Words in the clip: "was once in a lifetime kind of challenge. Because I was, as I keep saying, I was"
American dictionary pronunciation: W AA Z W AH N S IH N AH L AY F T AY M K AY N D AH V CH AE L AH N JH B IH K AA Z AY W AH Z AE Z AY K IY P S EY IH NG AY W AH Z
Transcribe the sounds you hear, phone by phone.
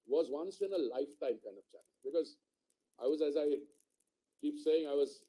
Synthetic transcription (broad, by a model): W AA Z W AH N S IH N AH L AY F T AY M K AY N D AH V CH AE N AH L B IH K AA Z AY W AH Z AE Z AY K IY P S EY IH NG AY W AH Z